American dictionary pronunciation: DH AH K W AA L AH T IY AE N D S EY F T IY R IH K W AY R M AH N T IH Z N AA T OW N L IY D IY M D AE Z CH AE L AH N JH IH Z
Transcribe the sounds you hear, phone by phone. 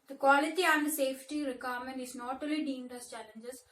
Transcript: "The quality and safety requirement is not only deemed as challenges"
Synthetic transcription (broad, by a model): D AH K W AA L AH T IY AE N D S EY F T IY R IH K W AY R M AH N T IH Z N AA T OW L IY D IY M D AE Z CH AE L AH N JH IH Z